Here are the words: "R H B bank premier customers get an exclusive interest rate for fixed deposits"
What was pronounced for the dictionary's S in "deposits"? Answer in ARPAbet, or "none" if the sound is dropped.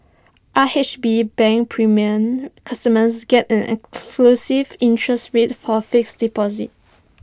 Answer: none